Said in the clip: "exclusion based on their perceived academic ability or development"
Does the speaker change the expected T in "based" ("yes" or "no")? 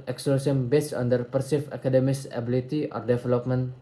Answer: yes